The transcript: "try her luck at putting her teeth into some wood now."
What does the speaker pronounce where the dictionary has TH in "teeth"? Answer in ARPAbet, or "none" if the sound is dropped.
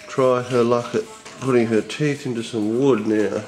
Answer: TH